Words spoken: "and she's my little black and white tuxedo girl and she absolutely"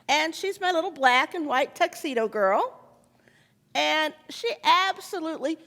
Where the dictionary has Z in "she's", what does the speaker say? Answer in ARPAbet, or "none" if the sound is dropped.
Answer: Z